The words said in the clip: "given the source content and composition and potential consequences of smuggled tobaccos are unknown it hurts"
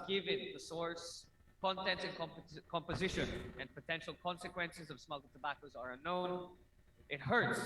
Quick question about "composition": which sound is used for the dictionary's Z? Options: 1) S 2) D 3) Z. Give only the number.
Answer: 3